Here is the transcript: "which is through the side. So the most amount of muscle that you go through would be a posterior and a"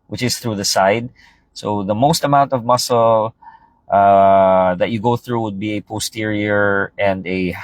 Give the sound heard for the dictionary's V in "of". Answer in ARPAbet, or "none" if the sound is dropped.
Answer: V